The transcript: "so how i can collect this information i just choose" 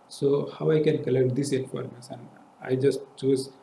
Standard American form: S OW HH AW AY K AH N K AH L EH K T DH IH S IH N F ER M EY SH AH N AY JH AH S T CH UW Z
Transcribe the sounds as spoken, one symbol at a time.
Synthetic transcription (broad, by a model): S OW HH AW AY K AH N K AH L EH K T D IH S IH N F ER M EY S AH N AY JH AH S T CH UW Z